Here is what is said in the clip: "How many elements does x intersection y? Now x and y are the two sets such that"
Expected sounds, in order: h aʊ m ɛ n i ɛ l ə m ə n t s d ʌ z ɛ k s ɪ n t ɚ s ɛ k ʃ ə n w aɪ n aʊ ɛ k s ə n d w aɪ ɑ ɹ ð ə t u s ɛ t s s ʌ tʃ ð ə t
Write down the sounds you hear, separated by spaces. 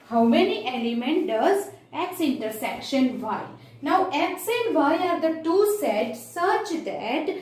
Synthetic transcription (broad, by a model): h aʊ m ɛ n i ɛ l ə m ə n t d ʌ z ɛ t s ɪ n t ɚ s ɛ k ʃ ə n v aɪ n aʊ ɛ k s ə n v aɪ ɑ ɹ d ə t u s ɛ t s s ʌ tʃ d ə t